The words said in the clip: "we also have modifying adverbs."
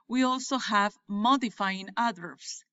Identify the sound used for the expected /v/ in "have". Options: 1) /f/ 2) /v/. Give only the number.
2